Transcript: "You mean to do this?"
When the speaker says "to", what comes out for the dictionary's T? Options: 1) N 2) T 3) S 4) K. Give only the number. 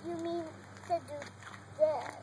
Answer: 3